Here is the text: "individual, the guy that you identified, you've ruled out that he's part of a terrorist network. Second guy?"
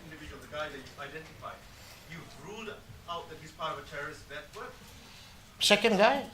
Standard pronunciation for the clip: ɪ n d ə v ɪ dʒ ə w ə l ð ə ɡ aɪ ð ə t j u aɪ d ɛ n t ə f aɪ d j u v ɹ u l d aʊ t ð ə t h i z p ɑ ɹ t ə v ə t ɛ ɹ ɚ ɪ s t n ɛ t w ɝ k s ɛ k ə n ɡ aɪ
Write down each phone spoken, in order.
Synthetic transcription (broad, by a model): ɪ n d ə v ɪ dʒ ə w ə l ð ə ɡ aɪ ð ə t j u aɪ d ɛ n t ə f aɪ d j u ɹ u l d aʊ t ð ə t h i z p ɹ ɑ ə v ə t ɛ ɹ ɚ ɪ s t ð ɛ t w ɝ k s ɛ k ə n ɡ aɪ